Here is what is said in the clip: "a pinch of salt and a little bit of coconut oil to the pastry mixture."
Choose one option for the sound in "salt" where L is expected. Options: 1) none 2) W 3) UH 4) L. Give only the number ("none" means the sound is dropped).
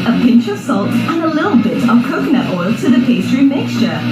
4